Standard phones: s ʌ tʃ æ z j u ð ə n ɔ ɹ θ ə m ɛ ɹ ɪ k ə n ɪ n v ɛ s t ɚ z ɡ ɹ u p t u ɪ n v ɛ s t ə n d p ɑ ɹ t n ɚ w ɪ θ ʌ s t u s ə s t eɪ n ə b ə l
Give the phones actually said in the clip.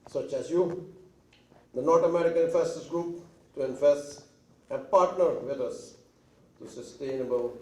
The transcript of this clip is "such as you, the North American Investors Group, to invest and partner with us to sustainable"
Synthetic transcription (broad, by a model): s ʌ tʃ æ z j u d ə n ɔ ɹ t ə m ɛ ɹ ɪ k ə n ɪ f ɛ s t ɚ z ɡ ɹ u p t u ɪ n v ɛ s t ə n p ɑ ɹ t n ɚ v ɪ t ʌ s t u s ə s t eɪ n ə b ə l